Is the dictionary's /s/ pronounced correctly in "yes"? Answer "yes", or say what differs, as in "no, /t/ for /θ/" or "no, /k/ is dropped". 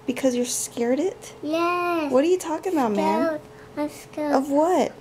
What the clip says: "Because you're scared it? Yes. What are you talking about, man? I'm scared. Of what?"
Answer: no, /s/ is dropped